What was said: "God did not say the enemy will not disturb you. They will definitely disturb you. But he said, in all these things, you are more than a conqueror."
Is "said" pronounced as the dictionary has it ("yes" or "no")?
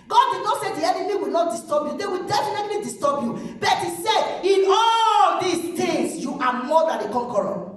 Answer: no